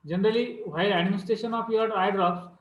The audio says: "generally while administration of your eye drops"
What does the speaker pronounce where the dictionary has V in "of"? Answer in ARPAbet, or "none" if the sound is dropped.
P